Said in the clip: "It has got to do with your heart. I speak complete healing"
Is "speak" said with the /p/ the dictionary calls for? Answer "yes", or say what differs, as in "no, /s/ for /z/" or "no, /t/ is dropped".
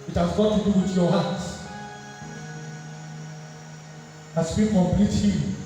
no, /b/ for /p/